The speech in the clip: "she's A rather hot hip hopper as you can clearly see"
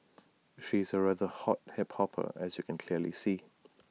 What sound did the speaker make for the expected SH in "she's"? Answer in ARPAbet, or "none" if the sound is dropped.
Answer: SH